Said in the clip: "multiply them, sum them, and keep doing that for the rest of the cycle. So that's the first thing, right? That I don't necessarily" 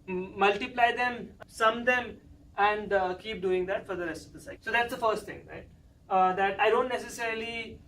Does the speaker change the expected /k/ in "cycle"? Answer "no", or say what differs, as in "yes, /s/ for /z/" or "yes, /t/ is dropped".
yes, /k/ is dropped